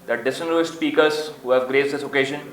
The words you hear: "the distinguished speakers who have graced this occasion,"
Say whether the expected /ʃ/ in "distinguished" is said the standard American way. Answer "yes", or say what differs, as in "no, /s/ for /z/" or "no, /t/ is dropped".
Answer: no, /s/ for /ʃ/